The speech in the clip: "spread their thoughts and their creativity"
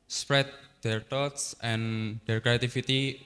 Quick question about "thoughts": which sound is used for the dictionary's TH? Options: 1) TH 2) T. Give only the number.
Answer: 2